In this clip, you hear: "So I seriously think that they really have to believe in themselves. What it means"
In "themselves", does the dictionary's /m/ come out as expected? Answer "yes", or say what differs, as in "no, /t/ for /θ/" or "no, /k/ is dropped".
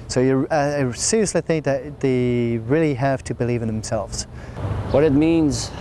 yes